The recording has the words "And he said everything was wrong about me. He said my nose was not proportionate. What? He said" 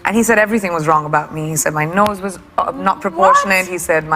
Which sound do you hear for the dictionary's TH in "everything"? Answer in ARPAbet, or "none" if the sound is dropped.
TH